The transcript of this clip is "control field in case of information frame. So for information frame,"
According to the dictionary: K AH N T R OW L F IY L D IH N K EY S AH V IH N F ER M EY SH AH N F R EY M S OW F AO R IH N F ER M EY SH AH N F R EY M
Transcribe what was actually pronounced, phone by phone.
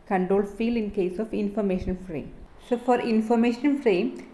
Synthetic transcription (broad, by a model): K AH N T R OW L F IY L IH N K EY S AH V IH N F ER M EY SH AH N F R EY M S OW F AO R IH N F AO M EY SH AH N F R EY M